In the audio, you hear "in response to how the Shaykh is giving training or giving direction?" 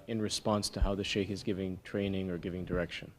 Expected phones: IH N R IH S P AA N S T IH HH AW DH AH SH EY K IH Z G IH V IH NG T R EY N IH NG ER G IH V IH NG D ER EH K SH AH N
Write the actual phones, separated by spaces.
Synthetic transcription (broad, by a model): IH N R IH S P AA N S T IH HH AW DH AH SH EY K IH Z G IH V IH NG T R EY N IH NG ER G IH V IH NG D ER EH K SH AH N